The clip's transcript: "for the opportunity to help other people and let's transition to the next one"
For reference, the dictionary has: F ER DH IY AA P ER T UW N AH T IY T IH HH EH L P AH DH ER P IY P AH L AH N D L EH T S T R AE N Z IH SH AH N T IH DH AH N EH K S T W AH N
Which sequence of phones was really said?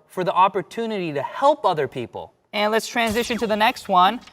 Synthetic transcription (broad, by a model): F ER DH IY AA P ER T UW N AH T IY T IH HH EH L P AH DH ER P IY P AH L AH N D L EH T S T R AE N Z IH SH AH N T IH DH AH N EH K S T W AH N